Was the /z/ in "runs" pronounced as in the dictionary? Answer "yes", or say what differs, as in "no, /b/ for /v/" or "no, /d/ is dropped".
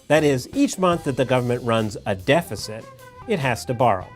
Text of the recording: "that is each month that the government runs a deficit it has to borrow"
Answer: yes